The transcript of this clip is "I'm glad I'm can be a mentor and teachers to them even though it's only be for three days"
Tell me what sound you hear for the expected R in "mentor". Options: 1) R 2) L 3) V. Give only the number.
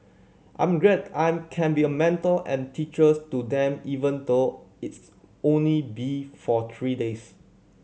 2